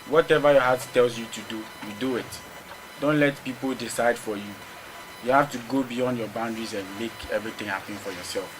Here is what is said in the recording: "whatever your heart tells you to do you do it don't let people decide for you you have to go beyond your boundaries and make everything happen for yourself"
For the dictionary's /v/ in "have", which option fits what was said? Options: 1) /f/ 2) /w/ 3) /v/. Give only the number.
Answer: 1